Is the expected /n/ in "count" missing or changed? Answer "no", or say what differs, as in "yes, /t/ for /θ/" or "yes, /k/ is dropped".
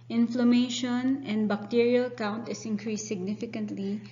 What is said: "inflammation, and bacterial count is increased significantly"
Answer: no